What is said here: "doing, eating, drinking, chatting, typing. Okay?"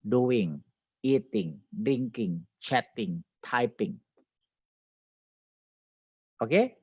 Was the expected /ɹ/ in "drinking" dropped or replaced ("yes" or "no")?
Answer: yes